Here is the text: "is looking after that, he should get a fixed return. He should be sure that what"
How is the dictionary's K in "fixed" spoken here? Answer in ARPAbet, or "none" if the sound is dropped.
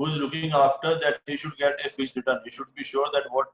none